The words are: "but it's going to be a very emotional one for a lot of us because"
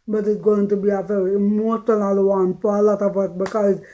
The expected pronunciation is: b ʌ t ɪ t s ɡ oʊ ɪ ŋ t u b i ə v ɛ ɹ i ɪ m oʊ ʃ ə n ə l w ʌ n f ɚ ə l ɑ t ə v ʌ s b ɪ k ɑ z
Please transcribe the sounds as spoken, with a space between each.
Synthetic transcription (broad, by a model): b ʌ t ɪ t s ɡ oʊ ɪ ŋ t u b i ə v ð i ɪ m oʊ s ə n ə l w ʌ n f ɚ ə l ɑ t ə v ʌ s b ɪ k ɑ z